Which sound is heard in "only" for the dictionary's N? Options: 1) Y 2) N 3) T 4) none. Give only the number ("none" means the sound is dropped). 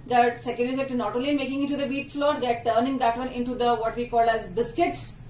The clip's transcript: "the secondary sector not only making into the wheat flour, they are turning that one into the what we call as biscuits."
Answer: 4